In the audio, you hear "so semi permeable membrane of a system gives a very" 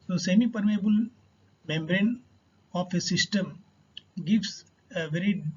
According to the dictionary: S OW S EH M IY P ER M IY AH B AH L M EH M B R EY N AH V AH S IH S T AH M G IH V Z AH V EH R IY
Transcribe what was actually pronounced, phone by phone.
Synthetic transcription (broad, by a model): S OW S EH M IY P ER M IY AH B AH L M EH M B R EY N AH F AH S IH S T AH M G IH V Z AH V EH R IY